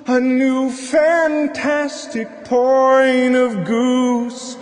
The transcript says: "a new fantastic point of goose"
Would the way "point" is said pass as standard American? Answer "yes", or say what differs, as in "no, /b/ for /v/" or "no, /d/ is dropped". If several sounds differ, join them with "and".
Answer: no, /t/ is dropped